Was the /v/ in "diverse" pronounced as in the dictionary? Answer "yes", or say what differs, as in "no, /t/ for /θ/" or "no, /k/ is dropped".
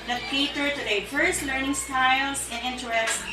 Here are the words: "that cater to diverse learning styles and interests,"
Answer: no, /f/ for /v/